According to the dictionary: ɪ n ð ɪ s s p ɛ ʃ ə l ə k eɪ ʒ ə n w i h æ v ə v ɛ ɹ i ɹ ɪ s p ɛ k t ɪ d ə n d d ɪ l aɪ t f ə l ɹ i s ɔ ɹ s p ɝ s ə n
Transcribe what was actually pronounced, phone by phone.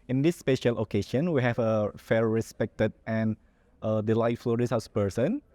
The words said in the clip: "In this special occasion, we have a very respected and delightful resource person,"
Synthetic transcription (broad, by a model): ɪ n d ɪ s s p ɛ ʃ ə l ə k eɪ ʃ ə n w i h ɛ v ə f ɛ ɹ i s p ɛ k t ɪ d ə n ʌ d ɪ l aɪ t f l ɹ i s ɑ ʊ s p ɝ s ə n